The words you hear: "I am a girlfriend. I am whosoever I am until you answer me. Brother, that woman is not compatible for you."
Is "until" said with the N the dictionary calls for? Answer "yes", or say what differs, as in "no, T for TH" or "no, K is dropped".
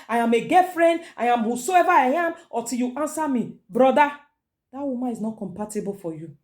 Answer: no, N is dropped